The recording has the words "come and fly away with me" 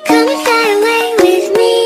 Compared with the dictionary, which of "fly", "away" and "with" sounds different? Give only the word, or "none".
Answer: fly